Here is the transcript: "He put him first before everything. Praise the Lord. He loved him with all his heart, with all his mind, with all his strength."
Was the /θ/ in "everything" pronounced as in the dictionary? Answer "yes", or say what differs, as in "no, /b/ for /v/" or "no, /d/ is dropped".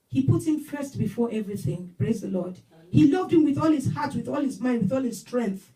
yes